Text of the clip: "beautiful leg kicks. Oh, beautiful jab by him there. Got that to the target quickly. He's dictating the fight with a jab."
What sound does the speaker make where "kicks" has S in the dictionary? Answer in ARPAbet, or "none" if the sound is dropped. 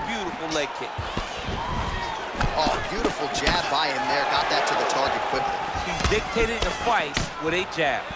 none